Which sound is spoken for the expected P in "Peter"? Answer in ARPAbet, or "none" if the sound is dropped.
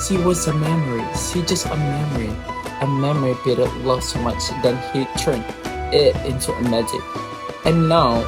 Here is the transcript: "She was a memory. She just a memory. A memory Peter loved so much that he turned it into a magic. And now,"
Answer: B